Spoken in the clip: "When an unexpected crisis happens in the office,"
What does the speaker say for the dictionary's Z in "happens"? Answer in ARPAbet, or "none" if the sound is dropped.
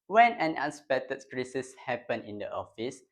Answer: none